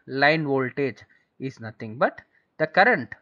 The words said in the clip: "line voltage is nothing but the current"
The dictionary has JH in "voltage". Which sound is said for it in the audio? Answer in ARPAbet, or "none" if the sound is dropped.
JH